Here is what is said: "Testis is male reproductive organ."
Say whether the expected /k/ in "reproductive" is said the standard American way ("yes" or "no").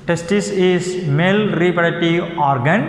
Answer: no